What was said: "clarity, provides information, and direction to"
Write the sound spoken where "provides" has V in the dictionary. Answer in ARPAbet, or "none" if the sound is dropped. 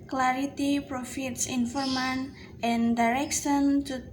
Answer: F